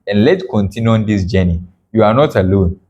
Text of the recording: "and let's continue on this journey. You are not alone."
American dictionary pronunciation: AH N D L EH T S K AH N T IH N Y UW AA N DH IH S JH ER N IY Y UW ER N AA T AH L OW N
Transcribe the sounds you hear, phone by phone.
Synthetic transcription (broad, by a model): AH N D L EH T K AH N T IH N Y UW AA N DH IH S JH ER N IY Y UW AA N AA T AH L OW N